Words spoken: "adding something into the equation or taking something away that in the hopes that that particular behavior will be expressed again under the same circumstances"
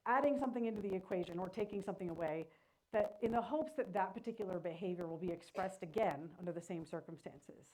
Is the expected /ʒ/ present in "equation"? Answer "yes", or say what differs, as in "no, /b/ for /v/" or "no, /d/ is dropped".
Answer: yes